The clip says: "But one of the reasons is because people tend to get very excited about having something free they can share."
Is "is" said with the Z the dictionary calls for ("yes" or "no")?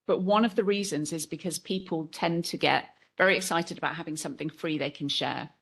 yes